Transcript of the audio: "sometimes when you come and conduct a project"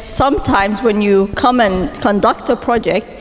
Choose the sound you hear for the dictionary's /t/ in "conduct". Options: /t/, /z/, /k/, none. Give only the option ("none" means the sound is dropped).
/t/